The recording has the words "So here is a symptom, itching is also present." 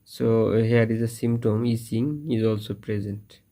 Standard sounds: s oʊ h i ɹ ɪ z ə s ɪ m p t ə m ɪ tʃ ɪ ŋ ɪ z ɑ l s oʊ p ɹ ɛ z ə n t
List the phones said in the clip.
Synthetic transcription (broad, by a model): s oʊ h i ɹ ɪ z ə s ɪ m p t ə m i s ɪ ŋ ɪ z ɑ l s oʊ p ɹ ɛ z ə n t